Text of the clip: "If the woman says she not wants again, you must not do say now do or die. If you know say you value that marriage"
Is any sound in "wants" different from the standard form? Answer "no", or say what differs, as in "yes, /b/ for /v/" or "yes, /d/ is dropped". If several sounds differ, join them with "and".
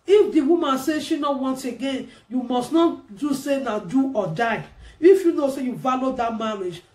yes, /s/ is dropped